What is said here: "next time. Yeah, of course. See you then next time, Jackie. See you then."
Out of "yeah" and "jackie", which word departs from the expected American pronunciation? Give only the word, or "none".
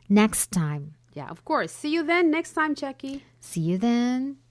jackie